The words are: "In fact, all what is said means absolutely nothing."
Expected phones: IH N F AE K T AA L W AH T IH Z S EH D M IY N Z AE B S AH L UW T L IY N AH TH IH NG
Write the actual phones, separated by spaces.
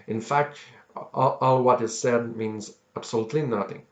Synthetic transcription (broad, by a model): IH N F AE K T AA L W AH T IH Z S EH D M IY N Z AE B S AH L UW T L IY N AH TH IH NG